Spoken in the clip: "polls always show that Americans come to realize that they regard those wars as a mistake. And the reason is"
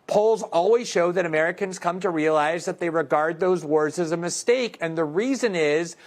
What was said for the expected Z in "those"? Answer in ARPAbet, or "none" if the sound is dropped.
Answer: Z